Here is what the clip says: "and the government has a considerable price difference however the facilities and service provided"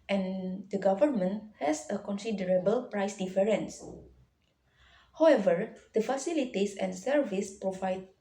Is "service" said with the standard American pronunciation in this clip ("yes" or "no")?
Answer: yes